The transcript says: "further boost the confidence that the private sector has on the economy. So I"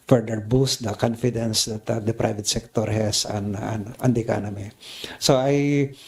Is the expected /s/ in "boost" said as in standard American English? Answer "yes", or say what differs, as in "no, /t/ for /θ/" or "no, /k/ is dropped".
yes